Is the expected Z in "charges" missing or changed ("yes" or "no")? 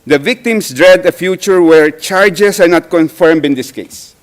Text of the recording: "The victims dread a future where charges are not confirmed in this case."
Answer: yes